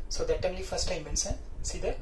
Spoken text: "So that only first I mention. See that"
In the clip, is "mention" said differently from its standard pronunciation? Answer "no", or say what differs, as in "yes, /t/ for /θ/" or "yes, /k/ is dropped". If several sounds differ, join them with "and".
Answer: yes, /s/ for /ʃ/